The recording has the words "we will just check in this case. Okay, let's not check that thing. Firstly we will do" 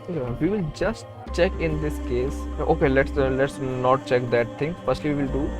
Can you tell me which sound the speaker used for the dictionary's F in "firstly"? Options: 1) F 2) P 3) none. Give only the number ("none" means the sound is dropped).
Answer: 2